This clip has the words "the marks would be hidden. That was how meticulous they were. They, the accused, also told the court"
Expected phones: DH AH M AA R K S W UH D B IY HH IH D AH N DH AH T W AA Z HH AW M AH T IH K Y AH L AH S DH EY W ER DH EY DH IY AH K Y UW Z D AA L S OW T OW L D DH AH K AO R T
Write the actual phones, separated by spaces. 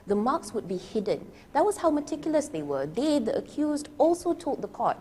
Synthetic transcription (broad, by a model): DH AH M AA K S W UH D B IY HH IH D AH N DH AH T W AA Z HH AW M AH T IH K Y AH L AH S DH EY W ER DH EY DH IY AH K Y UW Z D AA L S OW T OW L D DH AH K AO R T